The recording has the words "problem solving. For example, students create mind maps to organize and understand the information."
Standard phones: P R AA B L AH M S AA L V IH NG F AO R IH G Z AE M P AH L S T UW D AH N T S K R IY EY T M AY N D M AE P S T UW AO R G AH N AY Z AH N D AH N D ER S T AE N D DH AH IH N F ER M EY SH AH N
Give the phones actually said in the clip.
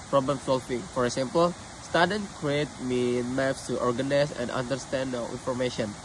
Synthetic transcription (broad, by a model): P R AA B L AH M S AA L F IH F AO R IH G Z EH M P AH L S T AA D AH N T K R IY EY T M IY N M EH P S T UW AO R G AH N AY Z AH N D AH N D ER S T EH N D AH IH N F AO M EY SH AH N